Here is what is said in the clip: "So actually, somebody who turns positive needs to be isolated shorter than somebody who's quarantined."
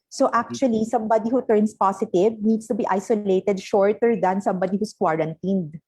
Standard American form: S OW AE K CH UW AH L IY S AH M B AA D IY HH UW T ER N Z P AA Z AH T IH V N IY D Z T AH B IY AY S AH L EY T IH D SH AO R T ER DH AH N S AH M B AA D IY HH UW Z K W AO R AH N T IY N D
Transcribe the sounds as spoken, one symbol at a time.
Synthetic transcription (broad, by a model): S OW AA K CH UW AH L IY S AH M B AA D IY HH UW T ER N S P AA S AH T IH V N IY D S T AH B IY AY S AH L EY T IH D SH AO R T ER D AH N S AH M B AA D IY HH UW S K W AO R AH N T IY N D